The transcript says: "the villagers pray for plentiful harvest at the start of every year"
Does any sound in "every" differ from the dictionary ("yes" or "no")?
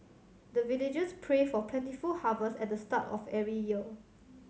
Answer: yes